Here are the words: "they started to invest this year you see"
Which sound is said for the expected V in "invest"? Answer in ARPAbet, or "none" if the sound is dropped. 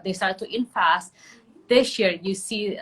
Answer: F